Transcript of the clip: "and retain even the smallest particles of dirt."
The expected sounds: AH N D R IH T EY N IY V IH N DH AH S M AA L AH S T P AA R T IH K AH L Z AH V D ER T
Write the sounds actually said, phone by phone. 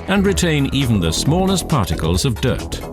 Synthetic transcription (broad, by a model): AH N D R IH T EY N IY V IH N DH AH S M AA L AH S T P AA R T IH K AH L Z AH V D ER T